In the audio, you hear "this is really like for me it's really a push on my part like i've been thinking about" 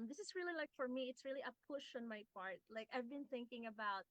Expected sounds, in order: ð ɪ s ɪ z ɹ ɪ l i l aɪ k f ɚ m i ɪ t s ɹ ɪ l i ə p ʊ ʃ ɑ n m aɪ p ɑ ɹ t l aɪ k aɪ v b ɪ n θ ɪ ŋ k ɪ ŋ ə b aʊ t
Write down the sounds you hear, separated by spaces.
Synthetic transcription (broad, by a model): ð ɪ s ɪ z ɹ ɪ l i l aɪ k f ɚ m i ɪ t s ɹ ɪ l i ə p ʊ ʃ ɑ n m aɪ p ɑ ɹ t l aɪ k aɪ v b ɪ n θ ɪ ŋ k ɪ ŋ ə b aʊ t